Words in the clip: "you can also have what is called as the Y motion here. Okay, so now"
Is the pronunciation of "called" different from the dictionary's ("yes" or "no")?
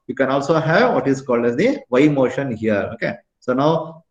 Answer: no